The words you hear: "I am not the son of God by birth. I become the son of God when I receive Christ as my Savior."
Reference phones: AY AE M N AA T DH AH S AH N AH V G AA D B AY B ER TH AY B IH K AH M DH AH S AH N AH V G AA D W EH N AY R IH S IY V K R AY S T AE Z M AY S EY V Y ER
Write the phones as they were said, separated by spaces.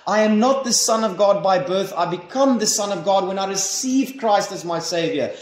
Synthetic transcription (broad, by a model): AY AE M N AA T DH AH S AH N AH V G AA D B AY B ER TH AY B IH K AH M DH AH S AH N AH V G AA D W EH N AY R IH S IY V K R AY S T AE Z M AY S EY V Y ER